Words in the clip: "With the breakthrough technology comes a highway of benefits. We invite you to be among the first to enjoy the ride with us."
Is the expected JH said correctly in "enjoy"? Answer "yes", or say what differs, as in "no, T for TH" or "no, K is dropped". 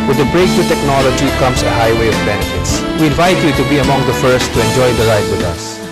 yes